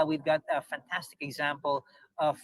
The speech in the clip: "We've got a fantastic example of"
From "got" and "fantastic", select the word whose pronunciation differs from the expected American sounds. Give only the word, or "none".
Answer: none